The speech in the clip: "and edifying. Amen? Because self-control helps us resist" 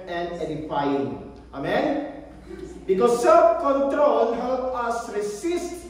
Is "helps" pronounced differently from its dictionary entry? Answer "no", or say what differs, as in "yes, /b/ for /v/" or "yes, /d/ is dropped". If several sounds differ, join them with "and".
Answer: yes, /s/ is dropped